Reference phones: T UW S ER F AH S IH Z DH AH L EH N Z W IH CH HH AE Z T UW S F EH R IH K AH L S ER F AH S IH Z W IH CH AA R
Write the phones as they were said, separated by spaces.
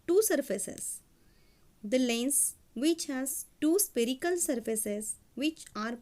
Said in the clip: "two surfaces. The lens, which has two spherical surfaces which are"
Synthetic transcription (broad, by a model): T UW S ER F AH S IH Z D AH L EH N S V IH CH HH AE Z T UW S P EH R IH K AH L S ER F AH S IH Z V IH CH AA R